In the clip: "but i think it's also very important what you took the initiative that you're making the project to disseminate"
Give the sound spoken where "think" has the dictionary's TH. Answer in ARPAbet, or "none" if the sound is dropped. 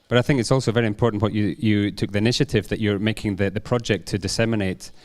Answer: TH